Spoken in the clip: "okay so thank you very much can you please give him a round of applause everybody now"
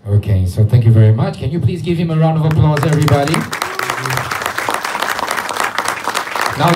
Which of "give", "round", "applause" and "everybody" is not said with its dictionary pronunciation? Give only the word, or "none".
none